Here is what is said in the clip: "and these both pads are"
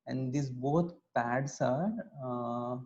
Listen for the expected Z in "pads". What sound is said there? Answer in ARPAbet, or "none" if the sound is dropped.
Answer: S